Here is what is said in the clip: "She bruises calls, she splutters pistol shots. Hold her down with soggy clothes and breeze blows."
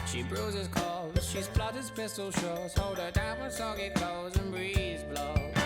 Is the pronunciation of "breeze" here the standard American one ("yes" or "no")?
yes